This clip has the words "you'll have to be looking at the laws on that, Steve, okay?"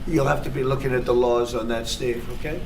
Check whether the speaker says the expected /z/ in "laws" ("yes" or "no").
yes